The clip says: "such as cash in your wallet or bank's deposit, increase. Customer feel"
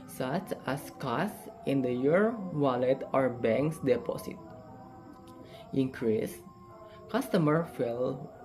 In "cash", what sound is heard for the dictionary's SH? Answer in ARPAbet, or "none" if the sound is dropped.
S